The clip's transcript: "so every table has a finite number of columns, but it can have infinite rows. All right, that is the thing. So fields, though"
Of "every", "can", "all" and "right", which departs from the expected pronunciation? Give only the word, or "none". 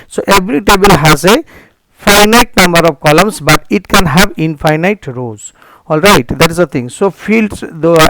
every